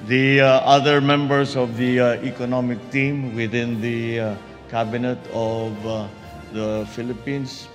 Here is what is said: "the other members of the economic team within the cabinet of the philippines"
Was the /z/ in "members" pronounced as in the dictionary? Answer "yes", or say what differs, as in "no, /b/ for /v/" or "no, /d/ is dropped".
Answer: no, /s/ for /z/